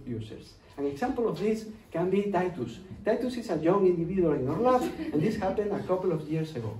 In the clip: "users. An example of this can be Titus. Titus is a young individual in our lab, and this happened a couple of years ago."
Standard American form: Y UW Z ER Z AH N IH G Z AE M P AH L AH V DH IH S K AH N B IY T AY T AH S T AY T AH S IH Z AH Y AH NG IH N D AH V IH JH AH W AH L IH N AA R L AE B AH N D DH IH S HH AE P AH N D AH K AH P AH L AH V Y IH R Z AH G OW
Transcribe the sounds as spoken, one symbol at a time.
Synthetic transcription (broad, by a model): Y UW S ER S AH N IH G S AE M P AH L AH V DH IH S K AH N B IY T AY T AH S T AY T AH S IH S AH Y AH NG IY N D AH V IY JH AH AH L IH N AA R L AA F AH N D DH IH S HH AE P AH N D AH K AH P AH L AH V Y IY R S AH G OW